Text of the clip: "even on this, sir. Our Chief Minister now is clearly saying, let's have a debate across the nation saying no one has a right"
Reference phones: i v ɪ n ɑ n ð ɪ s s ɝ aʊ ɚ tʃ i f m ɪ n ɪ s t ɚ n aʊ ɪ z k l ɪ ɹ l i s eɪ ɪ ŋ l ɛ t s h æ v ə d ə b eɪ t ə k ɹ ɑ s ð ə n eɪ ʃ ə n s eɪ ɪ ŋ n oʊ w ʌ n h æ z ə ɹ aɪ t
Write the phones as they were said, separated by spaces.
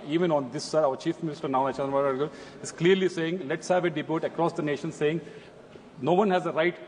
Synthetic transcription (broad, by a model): i v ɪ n ɑ n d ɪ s s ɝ aʊ ɚ tʃ i f m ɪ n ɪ s t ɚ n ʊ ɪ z k l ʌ ɹ l i s eɪ ɪ ŋ l ɛ t s h æ v ə d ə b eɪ t ə k ɹ ɑ s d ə n eɪ ʃ ə n s eɪ ɪ ŋ n oʊ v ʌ n h æ z ə ɹ aɪ t